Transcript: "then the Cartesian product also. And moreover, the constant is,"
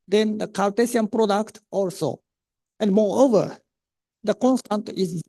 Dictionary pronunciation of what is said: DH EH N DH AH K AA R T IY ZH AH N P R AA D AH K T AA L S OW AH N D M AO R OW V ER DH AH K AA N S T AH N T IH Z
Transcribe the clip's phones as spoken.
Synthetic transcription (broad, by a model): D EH N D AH K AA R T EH S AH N P R AA D AH K T AA L S OW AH N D M AO R OW V ER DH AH K AA N S T AH N T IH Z